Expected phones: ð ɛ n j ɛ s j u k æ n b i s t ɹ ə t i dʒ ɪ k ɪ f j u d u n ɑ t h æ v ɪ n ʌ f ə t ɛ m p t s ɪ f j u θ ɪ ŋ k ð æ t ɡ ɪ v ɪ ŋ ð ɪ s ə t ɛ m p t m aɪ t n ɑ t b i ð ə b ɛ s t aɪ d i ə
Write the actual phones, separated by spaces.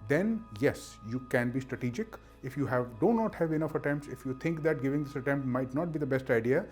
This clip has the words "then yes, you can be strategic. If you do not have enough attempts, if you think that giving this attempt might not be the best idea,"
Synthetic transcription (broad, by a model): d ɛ n j ɛ s j u k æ n b i s t ɹ ə t i dʒ ɪ k ɪ f j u d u n ɑ t h æ v ɪ n ʌ f ə t ɛ m p t s ɪ f j u t ɪ ŋ k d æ t ɡ ɪ v ɪ ŋ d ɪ s ə t ɛ m p t m aɪ t n ɑ t b i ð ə b ɛ s t aɪ d i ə